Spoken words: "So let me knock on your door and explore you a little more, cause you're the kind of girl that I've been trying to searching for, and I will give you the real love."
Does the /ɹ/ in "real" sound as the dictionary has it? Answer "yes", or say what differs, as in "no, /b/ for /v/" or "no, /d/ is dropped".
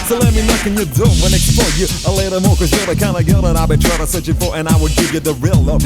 yes